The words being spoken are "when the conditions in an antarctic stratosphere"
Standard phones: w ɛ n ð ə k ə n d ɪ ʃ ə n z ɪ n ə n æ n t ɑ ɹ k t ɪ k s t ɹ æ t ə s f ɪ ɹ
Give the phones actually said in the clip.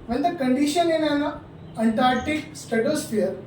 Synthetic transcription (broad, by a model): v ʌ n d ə k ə n d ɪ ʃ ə n ɪ n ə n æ n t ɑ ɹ t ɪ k s t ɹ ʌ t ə s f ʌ ɹ